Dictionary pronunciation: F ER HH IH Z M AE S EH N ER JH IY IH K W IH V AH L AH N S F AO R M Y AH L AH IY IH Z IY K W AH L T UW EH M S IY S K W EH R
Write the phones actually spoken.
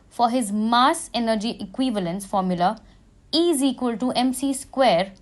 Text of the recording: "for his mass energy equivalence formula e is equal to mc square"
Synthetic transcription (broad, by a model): F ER HH IH Z M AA S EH N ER JH IY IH K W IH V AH L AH N S F AO R M Y AH L AH IY Z IY K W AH L T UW EH M S IY S K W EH R